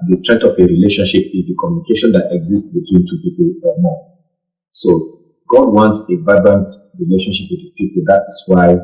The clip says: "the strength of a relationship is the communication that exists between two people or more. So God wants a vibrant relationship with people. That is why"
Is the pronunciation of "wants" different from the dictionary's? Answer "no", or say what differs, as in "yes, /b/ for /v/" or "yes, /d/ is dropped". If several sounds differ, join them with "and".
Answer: no